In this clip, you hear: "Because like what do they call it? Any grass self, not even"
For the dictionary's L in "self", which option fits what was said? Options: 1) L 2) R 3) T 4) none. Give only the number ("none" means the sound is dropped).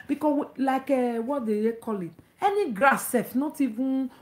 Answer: 4